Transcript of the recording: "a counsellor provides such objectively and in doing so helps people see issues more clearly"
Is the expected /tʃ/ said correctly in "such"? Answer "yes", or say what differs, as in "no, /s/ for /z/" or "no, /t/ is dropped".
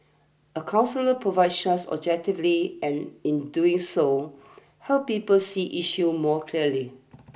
no, /s/ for /tʃ/